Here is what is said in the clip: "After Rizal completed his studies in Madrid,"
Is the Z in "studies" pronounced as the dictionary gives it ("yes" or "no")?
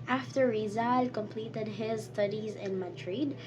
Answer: yes